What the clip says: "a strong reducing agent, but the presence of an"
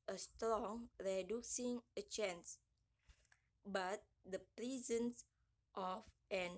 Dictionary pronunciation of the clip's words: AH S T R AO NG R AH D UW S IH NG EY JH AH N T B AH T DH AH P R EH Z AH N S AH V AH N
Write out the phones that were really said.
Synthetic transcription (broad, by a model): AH S T R AO NG R AH D UW S IH NG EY CH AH N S B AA T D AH P R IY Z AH N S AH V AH N